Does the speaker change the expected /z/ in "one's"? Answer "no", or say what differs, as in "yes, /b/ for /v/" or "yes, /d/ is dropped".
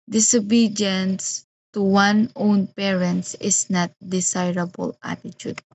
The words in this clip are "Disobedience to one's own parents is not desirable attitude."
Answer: yes, /z/ is dropped